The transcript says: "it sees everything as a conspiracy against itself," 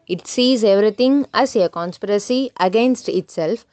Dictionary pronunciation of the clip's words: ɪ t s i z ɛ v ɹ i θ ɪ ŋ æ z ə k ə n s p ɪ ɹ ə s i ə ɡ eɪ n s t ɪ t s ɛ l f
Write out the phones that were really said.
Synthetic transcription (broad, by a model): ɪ t s i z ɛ v ɹ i t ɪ ŋ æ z ə k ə n s p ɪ ɹ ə s i ə ɡ eɪ n s t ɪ t s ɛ l f